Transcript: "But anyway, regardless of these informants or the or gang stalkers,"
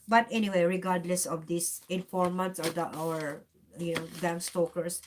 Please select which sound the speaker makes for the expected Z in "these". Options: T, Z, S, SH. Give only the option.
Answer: S